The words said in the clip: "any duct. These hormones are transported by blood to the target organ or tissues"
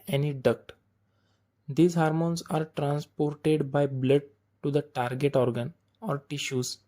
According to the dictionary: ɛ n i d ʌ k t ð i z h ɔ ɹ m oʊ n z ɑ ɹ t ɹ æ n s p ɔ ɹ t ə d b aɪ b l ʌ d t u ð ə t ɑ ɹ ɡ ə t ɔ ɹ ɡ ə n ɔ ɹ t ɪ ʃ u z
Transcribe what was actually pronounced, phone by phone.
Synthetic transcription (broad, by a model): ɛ n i d ʌ k t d i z h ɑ ɹ m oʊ n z ɑ ɹ t ɹ æ n s p ɔ ɹ t ə d b aɪ b l ʌ d t u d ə t ɑ ɹ ɡ ə t ɔ ɹ ɡ ə n ɔ ɹ t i ʃ u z